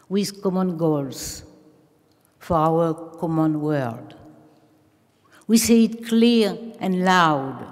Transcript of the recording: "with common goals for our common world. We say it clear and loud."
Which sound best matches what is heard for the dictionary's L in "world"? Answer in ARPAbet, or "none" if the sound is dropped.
none